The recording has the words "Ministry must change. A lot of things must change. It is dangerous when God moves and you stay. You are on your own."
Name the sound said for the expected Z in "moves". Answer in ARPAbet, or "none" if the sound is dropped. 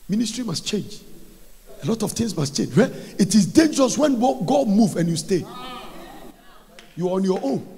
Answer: none